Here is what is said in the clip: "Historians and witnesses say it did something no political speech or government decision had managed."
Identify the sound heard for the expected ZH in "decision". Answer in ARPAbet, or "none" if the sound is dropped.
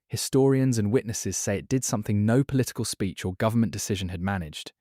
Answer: ZH